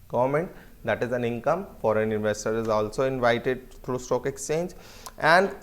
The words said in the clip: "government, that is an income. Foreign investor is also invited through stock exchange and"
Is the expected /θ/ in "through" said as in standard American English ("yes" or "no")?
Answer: no